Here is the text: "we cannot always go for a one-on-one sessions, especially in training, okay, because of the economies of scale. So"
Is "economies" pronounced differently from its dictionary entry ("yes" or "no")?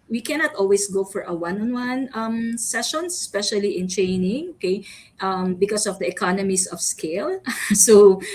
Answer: yes